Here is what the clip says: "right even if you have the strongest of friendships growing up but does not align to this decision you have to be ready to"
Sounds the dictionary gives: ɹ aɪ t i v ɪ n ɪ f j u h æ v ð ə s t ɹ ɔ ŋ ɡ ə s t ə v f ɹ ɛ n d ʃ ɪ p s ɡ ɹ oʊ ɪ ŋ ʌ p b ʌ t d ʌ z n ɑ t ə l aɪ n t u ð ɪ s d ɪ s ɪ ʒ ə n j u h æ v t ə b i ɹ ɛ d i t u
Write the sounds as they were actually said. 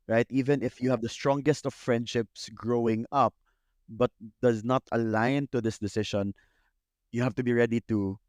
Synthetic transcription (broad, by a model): ɹ aɪ t i v ɪ n ɪ f j u h æ v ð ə s t ɹ ɔ ŋ ɡ ə s t ə v f ɹ ɛ n d ʃ ɪ p s ɡ ɹ oʊ ɪ ŋ ʌ p b ʌ t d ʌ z n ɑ t ə l aɪ n t u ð ɪ s d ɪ s ɪ ʃ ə n j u h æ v t ə b i ɹ ɛ d i t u